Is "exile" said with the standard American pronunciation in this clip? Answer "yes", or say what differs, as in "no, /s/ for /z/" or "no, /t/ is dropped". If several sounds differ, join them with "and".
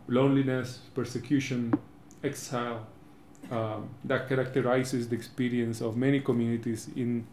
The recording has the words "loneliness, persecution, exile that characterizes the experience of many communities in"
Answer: yes